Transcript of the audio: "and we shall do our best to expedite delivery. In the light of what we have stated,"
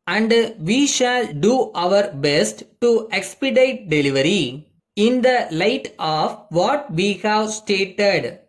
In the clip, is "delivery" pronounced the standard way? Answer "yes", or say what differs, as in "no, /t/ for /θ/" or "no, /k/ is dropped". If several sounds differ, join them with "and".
yes